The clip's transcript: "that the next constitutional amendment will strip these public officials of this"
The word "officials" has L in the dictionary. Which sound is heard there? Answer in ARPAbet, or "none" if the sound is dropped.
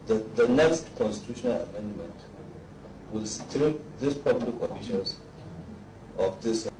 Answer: N